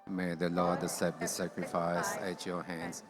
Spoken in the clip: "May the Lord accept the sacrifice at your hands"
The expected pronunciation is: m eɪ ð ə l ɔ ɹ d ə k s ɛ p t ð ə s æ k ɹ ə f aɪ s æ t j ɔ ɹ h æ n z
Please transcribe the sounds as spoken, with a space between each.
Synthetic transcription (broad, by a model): m eɪ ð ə l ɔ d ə s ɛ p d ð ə s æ k ɹ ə f aɪ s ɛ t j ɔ h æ n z